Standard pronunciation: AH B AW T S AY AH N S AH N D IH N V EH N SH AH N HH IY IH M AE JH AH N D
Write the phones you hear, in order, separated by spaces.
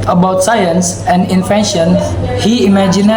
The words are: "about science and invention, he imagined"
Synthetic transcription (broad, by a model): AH B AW T S AY AH N S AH N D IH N F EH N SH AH N HH IY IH M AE JH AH N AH